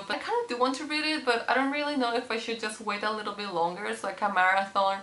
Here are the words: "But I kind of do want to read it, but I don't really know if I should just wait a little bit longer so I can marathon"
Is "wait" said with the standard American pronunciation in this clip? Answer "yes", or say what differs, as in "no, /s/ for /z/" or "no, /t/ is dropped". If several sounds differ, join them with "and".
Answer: yes